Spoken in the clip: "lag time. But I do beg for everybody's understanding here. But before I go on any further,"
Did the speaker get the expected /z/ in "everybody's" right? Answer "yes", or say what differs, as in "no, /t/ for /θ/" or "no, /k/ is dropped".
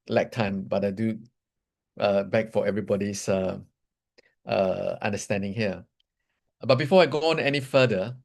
no, /s/ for /z/